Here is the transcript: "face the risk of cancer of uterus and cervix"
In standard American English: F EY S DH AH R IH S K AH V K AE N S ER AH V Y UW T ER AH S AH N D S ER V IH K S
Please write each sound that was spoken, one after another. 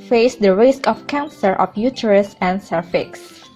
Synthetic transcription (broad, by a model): F EY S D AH R IH S K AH F K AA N S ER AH F Y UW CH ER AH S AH N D S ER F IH K S